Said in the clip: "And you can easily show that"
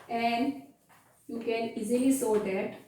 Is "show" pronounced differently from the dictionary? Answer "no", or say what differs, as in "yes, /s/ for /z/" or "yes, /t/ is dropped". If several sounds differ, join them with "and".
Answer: yes, /s/ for /ʃ/